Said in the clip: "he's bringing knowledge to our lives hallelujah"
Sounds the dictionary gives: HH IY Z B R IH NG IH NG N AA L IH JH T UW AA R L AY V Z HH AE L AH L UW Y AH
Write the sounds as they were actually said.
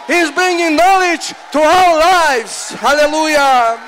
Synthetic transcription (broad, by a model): HH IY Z B R IH NG IH NG N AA L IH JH T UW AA L L AY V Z HH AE L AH L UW Y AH